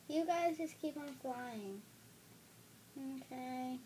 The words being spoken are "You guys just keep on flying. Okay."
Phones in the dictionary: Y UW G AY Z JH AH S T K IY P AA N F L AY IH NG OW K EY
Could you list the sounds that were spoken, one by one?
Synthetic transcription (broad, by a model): Y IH G AY Z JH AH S K IY P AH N F L AY IH NG OW K EY